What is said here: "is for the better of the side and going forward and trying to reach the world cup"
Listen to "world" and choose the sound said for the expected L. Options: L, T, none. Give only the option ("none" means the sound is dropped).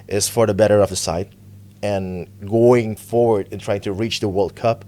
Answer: L